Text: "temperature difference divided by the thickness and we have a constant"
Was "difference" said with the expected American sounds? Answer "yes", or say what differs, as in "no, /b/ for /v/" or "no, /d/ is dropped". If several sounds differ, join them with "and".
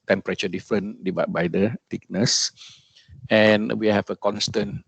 no, /s/ is dropped